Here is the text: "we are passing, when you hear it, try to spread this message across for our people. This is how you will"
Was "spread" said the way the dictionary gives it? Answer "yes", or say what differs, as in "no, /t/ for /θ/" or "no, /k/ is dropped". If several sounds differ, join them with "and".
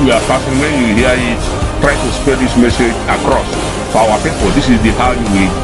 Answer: no, /ɹ/ is dropped